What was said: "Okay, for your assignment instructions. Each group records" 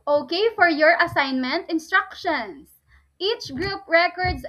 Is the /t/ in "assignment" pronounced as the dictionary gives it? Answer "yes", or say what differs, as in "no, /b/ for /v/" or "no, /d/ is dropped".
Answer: yes